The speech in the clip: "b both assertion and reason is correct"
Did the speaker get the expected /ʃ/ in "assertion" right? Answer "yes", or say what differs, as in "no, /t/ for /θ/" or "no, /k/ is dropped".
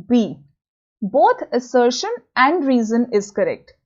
yes